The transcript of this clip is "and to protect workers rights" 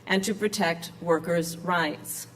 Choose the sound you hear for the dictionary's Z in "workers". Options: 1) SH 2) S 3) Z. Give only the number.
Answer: 3